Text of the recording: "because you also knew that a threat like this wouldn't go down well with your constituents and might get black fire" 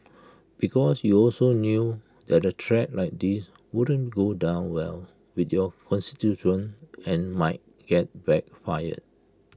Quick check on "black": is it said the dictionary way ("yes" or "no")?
no